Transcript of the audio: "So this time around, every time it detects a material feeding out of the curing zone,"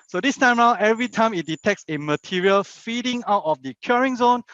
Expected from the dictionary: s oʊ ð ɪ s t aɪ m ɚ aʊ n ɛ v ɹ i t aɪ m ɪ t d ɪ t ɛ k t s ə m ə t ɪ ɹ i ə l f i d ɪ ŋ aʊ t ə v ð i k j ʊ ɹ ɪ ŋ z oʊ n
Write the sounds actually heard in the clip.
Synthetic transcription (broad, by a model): s oʊ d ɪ s t aɪ m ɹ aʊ ɛ v ɹ i t aɪ m ɪ t d ɪ t ɛ k t s ə m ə t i ɹ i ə l f i d ɪ ŋ aʊ t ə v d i k j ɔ ɹ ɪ ŋ z oʊ n